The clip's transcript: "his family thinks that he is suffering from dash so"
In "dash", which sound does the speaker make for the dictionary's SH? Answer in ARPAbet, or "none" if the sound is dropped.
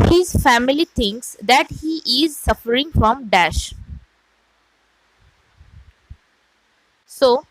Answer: SH